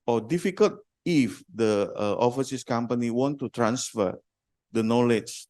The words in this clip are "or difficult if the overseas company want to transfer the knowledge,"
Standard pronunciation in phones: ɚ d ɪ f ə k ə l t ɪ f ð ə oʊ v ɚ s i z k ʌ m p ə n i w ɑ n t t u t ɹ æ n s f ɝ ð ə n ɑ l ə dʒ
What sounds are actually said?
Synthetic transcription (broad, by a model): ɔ d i f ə k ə l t ɪ f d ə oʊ f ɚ s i s k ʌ m p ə n i w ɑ n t t u t ɹ æ n s f ɝ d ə n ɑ l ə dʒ